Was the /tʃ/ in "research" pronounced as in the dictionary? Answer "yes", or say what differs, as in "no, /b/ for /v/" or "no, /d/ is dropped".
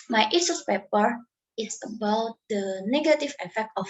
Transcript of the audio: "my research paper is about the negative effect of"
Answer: no, /s/ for /tʃ/